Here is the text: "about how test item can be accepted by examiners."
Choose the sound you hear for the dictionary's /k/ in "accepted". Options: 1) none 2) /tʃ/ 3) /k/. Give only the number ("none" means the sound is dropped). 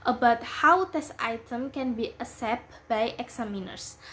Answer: 1